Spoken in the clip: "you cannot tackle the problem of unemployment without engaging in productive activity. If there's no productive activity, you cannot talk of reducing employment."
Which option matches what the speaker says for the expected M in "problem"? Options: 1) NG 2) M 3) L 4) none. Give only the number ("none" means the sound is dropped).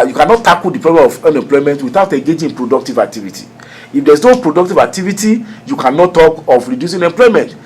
4